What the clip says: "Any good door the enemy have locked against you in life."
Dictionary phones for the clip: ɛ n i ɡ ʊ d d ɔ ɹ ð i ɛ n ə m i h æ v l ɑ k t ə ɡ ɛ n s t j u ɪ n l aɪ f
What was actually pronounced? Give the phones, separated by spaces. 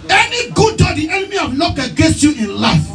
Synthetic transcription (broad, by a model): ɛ n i ɡ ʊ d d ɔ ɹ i ɛ n ə m i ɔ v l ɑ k ə ɡ ɛ n s t j u ɪ n l aɪ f